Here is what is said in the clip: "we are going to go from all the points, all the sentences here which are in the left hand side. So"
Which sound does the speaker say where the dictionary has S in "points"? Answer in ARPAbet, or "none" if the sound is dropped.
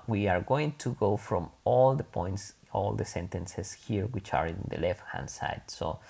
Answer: S